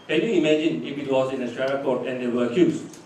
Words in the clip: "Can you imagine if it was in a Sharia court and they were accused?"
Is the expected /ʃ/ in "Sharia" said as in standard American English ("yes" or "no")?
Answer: no